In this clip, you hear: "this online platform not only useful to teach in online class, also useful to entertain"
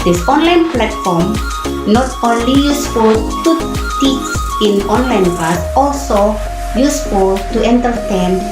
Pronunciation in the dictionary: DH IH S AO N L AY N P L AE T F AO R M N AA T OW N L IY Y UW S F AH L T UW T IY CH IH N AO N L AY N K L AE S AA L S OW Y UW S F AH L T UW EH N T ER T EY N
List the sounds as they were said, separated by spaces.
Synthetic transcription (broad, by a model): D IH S AO N L AY N P L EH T F AO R M N AA T OW N L IY Y UW S F AH L T UW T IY S IH N AO N L AY N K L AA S AA L S OW Y UW S F AH L T UW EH N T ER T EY N